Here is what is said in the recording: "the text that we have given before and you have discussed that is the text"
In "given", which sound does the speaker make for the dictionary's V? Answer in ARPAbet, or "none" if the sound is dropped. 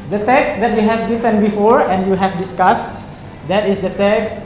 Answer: F